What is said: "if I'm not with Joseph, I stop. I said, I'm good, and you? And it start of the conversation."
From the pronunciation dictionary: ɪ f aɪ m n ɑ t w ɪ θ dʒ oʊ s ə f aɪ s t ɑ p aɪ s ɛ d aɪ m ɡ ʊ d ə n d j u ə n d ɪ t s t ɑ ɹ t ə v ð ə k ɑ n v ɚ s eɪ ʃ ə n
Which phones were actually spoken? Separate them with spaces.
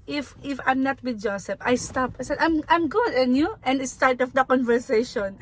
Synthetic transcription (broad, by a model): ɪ f aɪ m n ɑ t w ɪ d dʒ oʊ s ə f aɪ s t ɑ p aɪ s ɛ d aɪ m ɡ ʊ d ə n j u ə n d ɪ t s t ɑ ɹ t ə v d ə k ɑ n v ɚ s eɪ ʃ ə n